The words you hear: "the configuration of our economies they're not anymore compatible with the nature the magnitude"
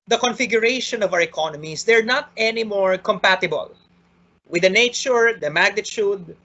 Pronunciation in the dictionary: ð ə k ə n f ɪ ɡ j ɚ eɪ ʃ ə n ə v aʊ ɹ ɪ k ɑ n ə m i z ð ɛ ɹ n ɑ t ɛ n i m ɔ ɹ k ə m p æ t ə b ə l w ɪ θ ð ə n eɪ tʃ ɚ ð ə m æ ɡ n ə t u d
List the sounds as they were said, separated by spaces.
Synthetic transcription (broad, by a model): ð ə k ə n f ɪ ɡ j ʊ eɪ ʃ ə n ə v aʊ ɹ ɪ k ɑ n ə m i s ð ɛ ɹ n ɑ t ɛ n i m ɔ ɹ k ə m p æ t ə b ə l w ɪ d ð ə n eɪ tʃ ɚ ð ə m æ ɡ n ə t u d